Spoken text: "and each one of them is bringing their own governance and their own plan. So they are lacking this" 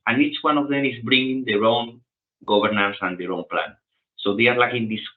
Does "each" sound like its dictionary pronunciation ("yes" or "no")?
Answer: yes